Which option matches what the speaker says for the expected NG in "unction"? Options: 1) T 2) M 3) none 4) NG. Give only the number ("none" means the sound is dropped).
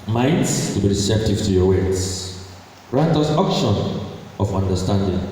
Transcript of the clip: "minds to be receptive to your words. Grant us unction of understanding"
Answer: 3